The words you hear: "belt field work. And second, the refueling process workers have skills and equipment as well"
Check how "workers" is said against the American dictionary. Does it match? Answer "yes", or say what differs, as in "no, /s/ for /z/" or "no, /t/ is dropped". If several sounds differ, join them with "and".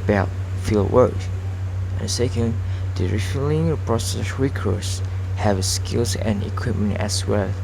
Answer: no, /z/ is dropped